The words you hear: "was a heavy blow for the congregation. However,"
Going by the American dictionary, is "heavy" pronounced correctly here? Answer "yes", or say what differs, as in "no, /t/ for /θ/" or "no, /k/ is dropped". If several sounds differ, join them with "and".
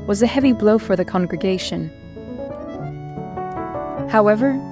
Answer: yes